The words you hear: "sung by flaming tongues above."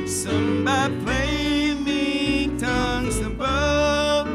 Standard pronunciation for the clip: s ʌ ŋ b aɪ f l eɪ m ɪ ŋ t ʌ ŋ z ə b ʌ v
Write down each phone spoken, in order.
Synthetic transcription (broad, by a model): s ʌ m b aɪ p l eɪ m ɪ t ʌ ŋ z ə b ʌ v